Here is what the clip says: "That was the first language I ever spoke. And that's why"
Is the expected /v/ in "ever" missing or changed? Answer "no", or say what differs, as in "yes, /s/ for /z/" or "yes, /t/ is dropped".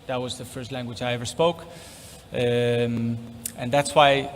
no